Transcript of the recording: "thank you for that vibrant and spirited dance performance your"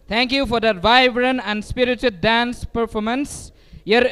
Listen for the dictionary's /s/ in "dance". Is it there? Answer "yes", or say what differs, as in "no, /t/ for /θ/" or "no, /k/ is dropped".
yes